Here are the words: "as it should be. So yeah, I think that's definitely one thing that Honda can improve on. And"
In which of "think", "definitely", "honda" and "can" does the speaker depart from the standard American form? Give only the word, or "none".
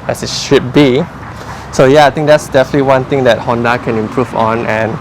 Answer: think